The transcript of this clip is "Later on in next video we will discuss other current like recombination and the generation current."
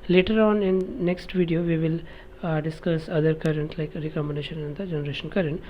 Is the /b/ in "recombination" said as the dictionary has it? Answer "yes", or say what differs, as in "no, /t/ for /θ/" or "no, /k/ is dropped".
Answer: no, /b/ is dropped